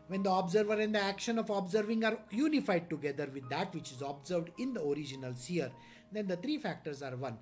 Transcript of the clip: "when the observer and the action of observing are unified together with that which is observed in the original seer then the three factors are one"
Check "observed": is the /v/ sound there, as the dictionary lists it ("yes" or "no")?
yes